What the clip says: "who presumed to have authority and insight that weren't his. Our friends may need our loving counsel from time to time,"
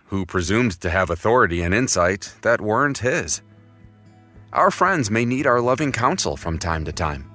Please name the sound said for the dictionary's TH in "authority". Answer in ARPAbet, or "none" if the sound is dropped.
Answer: TH